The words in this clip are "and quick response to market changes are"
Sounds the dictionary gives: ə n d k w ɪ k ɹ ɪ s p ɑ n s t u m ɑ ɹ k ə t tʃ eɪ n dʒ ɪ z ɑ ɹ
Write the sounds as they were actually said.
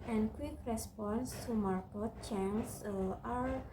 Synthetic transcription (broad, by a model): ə n k w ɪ k ɹ ɪ s p ɑ n s t u m ɑ ɹ k ə t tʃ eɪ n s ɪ ɑ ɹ